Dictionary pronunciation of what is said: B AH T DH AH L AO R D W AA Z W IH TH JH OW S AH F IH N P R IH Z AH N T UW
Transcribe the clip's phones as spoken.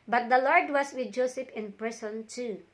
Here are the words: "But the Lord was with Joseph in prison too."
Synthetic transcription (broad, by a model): B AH T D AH L AO R D W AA S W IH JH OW S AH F IH N P R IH S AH N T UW